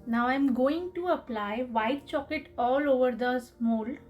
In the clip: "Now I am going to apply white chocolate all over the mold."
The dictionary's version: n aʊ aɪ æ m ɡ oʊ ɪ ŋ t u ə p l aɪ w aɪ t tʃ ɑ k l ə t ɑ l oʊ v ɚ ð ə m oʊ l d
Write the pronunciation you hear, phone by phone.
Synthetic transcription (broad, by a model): n aʊ aɪ m ɡ oʊ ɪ ŋ t u ə p l aɪ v aɪ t tʃ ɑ k ə t ɑ l oʊ v ɚ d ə m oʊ l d